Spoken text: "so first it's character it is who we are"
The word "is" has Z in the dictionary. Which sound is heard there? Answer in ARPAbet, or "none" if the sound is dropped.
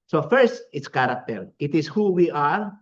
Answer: S